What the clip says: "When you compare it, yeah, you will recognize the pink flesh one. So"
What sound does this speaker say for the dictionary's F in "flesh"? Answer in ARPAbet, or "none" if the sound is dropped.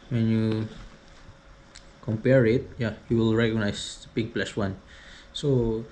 P